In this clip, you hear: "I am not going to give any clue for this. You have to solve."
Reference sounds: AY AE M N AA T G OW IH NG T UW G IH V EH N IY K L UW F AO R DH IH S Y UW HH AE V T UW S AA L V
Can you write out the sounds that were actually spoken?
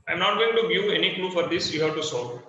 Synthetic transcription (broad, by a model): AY M N AA T G OW IH NG T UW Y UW EH N IY K L UW F AO R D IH S Y UW HH AE V T UW S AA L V